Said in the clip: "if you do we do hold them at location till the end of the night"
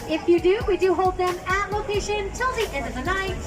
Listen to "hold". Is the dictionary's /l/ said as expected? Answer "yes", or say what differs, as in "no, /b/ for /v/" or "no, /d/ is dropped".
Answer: yes